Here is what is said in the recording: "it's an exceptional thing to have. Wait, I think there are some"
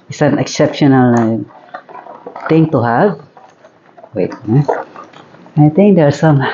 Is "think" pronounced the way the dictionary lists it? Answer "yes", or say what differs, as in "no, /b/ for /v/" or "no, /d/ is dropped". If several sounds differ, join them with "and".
no, /t/ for /θ/